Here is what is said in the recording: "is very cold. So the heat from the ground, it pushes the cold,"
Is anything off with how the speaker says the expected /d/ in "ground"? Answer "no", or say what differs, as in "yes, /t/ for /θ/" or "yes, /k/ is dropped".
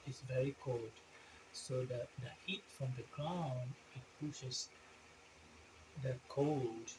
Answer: yes, /d/ is dropped